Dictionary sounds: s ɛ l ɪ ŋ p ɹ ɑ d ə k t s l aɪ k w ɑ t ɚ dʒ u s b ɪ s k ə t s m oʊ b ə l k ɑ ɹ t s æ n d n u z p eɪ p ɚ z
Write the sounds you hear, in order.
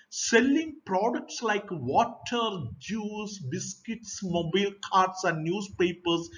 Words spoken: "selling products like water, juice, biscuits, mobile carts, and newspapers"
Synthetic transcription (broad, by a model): s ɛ l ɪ ŋ p ɹ ɑ d ə k t s l aɪ k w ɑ t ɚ dʒ u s b ɪ s k ə t s m oʊ b ə l k ɑ ɹ t s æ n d n u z p eɪ p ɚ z